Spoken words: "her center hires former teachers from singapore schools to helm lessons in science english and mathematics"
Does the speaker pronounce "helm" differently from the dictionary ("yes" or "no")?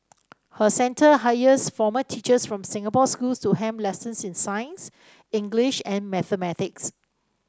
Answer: yes